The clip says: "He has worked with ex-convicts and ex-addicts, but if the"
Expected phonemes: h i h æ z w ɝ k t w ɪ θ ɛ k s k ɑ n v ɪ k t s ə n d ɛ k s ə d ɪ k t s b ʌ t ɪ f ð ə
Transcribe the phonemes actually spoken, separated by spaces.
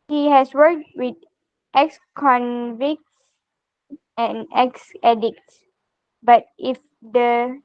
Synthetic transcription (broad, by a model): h i h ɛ s w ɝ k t w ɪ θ ɛ k s k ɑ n v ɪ k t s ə n ɛ k s ə d ɪ k t s b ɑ t ɪ f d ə